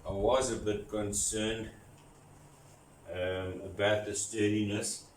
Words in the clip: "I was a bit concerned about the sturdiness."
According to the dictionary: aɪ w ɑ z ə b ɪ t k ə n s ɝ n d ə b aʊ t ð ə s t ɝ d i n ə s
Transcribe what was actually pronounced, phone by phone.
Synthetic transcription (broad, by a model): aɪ w ɑ z ə b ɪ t k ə n s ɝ n d ə b aʊ t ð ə s t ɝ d i n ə s